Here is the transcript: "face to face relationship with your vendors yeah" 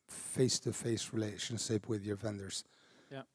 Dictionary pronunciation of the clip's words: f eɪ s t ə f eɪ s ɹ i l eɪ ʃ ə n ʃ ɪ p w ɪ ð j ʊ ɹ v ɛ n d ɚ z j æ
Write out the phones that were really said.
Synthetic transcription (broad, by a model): f eɪ s t ə f eɪ s ɹ i l eɪ ʃ ə n ʃ ɪ p w ɪ ð j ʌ ɹ v ɛ n d ɚ z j